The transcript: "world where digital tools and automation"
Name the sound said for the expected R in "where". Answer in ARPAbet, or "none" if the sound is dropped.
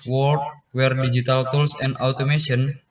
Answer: R